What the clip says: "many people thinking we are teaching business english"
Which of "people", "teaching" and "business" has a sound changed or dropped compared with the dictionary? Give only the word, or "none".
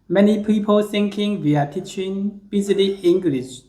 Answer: business